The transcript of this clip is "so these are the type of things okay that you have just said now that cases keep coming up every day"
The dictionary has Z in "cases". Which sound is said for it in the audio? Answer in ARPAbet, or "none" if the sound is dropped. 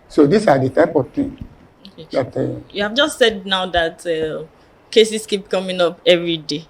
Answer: S